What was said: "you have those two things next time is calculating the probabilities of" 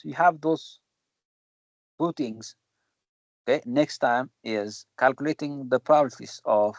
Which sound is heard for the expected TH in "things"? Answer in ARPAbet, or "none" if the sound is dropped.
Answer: T